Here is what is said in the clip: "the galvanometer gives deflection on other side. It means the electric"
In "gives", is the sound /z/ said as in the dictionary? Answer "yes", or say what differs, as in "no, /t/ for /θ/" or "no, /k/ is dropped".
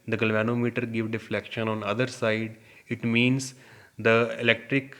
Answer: no, /z/ is dropped